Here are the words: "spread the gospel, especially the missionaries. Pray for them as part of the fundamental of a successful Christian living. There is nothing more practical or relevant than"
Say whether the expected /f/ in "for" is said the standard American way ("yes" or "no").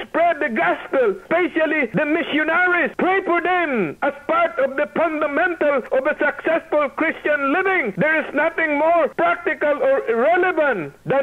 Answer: no